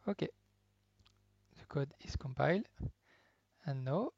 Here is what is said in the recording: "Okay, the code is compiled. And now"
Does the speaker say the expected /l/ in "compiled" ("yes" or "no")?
yes